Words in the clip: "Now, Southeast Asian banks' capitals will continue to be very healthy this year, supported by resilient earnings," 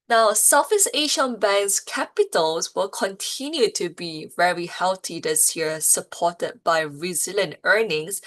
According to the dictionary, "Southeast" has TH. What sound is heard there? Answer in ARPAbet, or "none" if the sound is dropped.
F